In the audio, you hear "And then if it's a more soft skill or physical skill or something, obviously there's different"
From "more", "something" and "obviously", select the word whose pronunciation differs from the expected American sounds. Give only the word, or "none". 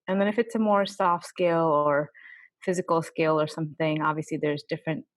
none